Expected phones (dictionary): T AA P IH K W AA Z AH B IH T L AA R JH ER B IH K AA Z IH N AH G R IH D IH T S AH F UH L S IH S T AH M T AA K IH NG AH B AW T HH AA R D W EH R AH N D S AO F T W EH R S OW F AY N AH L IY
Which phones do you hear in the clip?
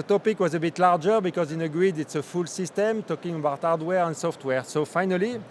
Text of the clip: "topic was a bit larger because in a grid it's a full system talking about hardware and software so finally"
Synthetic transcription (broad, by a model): T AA P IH K W AA Z AH B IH T L AA R JH ER B IH K AA Z IH N AH G R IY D IH T S AH F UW L S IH S T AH M T AA K IH NG AH B AW T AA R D W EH R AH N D S AO F T W EH R S OW F AY N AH L IY